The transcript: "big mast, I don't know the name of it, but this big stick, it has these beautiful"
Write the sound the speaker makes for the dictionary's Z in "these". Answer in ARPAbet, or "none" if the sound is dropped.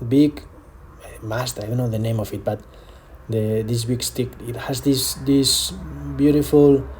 S